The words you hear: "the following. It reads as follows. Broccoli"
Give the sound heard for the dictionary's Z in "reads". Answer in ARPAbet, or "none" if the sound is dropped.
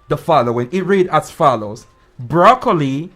none